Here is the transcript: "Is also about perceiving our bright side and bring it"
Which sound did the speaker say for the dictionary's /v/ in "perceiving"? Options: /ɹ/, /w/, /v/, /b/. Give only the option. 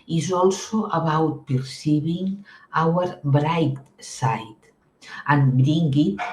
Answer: /b/